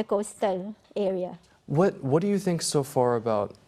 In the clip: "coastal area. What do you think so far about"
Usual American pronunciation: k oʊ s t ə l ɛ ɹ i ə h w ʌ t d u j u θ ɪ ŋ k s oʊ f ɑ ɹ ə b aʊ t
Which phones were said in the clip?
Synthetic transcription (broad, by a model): k oʊ s t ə l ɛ ɹ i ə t w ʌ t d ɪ j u θ ɪ ŋ k s oʊ f ɑ ɹ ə b aʊ t